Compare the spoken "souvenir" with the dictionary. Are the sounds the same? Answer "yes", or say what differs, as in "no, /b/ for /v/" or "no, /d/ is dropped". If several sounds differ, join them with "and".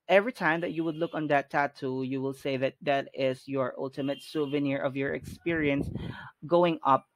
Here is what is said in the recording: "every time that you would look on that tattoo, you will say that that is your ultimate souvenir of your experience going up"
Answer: yes